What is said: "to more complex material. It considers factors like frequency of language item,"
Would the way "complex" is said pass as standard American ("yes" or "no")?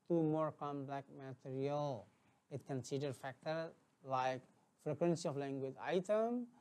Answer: no